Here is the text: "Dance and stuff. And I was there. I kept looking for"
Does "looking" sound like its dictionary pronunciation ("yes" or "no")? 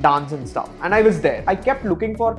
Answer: yes